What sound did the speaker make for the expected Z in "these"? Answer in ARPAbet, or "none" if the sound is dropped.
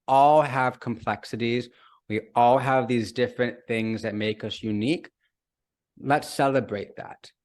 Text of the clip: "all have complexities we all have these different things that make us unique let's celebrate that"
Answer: Z